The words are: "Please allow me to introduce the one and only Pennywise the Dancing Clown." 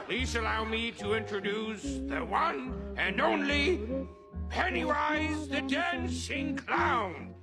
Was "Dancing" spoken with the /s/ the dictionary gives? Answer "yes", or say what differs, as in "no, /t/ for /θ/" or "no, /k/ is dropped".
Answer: no, /ʃ/ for /s/